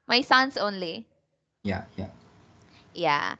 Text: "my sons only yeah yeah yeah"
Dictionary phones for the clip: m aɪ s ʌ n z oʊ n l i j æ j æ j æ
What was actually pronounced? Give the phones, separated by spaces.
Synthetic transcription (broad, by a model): m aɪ s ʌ n s oʊ n l i j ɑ j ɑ j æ